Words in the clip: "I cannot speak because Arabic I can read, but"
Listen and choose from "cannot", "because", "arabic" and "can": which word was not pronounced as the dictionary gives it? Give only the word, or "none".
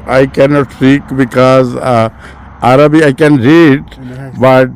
arabic